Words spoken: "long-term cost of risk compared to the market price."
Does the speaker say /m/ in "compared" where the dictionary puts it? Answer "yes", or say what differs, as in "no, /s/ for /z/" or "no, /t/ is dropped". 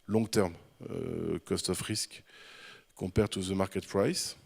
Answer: no, /m/ is dropped